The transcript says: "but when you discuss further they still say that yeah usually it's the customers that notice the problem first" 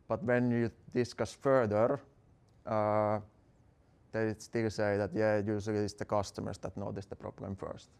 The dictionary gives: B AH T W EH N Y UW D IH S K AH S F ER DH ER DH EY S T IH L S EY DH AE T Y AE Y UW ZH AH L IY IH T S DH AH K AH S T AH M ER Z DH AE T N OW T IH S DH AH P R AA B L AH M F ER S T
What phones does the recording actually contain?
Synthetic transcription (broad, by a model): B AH T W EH N Y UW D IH S K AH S F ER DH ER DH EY S T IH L S EY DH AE T Y AE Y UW S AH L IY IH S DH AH K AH S T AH M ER S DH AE T N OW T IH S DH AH P R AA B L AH M F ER S T